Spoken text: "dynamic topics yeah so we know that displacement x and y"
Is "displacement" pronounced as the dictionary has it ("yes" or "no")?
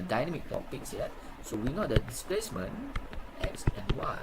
yes